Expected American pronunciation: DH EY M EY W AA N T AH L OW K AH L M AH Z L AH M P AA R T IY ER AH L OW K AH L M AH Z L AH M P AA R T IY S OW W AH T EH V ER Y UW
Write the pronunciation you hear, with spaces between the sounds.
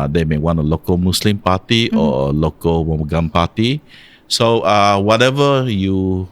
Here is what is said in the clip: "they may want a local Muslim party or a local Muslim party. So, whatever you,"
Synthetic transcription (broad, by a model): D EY M EY W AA N AH L OW K AH L M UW S L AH M P AA T IY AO AH L OW K AH L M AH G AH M P AA T IY S OW W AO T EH V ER Y UW